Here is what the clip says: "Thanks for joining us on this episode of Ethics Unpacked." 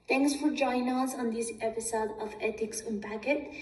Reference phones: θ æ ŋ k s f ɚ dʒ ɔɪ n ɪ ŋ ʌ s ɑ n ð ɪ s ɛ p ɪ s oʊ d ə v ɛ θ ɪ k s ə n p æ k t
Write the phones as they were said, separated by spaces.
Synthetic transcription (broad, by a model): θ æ ŋ k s f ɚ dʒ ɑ ɪ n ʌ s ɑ n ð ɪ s ɛ p ɪ s oʊ d ə v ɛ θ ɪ k s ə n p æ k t